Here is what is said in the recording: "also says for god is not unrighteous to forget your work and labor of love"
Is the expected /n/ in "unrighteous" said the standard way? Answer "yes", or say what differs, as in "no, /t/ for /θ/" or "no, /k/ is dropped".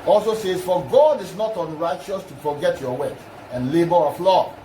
yes